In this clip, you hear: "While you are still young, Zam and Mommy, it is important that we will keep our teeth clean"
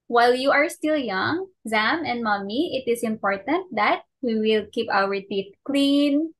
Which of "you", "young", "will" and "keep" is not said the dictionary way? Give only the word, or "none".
none